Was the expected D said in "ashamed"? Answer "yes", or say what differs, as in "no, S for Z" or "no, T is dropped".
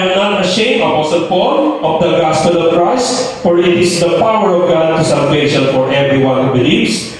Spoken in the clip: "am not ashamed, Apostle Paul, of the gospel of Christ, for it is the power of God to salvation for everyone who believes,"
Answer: no, D is dropped